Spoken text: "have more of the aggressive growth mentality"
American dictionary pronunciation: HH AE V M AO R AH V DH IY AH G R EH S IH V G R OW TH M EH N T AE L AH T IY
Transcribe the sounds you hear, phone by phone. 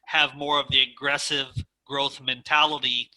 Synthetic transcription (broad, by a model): HH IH V M AO R AH V DH IY AH G R EH S IH V G R OW TH M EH N T AE L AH T IY